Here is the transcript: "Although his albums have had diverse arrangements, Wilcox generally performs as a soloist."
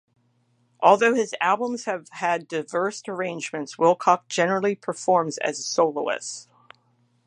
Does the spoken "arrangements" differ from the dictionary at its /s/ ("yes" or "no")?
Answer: no